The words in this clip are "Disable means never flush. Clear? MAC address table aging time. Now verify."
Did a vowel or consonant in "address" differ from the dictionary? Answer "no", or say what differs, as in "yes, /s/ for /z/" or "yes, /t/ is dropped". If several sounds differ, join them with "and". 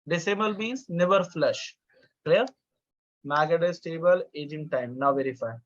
yes, /ɹ/ is dropped